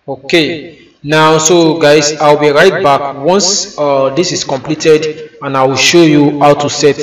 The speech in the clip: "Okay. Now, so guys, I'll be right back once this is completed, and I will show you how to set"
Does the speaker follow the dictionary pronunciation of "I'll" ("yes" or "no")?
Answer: no